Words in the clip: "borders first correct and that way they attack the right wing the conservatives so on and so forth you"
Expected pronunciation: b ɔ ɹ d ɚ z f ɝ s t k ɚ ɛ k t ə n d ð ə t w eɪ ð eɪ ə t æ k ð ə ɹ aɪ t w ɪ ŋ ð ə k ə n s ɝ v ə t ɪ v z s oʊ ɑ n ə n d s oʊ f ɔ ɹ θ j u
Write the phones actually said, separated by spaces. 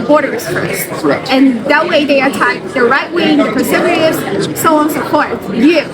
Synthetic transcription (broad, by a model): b ɔ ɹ d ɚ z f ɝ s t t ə n ð ə t w eɪ ð eɪ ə t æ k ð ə ɹ aɪ t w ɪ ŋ ð ə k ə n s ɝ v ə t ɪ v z s oʊ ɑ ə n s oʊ p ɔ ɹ t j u